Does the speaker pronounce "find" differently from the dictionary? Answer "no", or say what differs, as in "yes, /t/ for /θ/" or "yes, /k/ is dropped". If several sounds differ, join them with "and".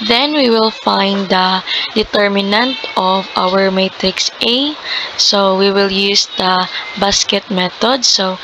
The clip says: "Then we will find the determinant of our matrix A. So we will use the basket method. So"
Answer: no